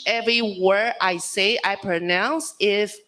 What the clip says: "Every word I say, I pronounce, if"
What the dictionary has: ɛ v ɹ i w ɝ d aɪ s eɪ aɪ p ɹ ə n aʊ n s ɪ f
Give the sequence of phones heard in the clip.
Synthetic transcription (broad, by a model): ɛ v ɹ i w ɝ aɪ s eɪ aɪ p ɹ ə n aʊ n s ɪ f